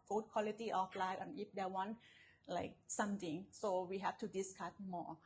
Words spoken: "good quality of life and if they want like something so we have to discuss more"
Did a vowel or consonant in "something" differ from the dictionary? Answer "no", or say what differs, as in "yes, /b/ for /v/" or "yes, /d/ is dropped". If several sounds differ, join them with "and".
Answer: yes, /t/ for /θ/